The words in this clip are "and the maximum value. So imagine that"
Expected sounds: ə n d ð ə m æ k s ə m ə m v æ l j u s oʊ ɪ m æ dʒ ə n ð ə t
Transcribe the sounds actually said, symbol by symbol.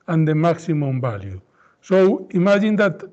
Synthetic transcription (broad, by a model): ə n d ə m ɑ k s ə m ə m b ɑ l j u s oʊ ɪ m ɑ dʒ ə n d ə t